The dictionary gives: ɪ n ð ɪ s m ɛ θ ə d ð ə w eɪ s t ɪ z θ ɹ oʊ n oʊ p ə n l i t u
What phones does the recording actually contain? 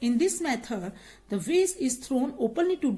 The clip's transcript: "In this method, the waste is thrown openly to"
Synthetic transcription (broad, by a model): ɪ n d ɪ s m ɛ t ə d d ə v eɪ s ɪ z t ɹ oʊ n oʊ p ə n l i t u